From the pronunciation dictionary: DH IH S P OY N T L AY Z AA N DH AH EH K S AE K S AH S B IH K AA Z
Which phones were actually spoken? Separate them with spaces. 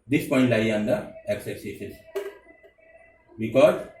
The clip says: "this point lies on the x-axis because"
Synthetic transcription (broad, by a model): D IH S P OY N T L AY AA N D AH EH K S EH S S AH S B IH K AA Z